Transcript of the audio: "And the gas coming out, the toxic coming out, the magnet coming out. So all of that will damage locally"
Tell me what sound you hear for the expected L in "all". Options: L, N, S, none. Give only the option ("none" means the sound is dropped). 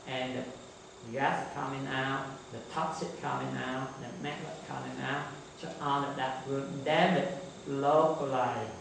N